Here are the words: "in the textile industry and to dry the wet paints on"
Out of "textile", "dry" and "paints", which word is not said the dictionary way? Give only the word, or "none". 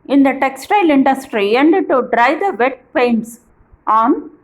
none